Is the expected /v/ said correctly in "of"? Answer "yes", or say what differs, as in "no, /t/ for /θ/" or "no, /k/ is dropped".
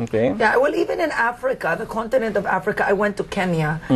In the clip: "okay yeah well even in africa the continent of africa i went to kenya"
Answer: yes